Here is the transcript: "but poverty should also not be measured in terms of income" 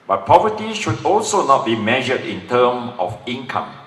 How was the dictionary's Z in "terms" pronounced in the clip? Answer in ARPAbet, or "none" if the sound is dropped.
none